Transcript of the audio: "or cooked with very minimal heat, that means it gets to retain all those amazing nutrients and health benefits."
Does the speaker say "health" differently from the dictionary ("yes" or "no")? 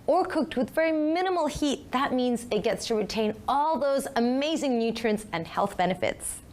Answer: no